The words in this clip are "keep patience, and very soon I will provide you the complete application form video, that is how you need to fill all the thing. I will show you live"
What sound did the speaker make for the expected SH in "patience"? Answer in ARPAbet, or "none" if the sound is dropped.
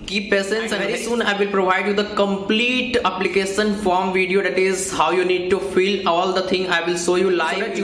S